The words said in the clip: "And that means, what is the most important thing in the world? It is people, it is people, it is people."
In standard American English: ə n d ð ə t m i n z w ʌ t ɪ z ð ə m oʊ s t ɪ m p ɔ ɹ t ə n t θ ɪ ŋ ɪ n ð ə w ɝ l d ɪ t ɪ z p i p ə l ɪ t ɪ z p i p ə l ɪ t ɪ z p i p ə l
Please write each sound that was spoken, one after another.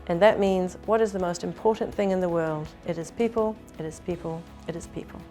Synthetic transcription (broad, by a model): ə n ð ə t m i n z w ʌ t ɪ z ð ə m oʊ s t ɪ m p ɔ ɹ t n θ ɪ ŋ ɪ n ð ə w ɝ l d ɪ t ɪ z p i p ə l ɪ t ɪ z p i p ə l ɪ t ɪ z p i p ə l